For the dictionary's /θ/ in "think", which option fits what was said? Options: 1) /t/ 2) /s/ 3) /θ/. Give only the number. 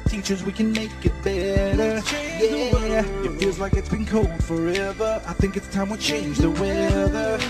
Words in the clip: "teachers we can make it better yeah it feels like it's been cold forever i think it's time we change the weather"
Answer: 3